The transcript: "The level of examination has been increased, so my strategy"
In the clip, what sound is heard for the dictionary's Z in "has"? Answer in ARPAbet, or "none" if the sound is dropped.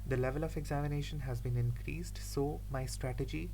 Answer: Z